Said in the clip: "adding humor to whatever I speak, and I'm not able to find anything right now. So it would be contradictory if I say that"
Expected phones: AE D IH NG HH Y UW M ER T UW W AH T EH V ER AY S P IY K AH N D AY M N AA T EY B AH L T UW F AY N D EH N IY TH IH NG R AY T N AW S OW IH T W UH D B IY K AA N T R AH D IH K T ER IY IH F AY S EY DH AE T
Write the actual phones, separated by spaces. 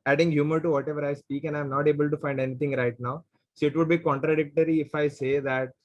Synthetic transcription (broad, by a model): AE D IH NG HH Y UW M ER T UW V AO T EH V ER AY S P IY K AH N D AY M N AA T EY B AH L T UW F AY N D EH N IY T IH NG R AY T N AW S OW IH T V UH D B IY K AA N T R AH D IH K T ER IY IH F AY S EY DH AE T